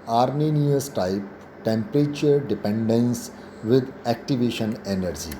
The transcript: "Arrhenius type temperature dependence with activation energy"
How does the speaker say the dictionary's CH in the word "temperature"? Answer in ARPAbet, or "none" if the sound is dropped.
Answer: CH